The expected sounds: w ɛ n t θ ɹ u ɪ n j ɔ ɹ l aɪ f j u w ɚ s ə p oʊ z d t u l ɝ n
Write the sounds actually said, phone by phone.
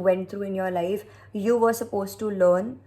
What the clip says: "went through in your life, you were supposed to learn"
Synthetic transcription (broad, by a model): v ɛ n t t ɹ u ɪ n j ɔ ɹ l aɪ f j u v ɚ s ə p oʊ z t u l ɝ n